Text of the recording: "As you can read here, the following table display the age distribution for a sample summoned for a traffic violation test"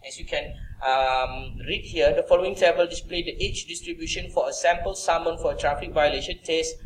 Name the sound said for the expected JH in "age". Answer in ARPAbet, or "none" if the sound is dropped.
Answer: CH